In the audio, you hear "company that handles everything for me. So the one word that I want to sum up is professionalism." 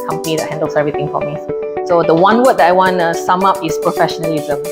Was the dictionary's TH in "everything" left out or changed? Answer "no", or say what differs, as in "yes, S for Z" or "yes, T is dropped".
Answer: yes, T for TH